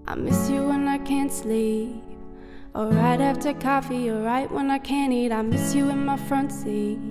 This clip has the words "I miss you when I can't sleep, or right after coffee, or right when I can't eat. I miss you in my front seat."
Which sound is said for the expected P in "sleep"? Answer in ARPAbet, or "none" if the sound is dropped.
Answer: none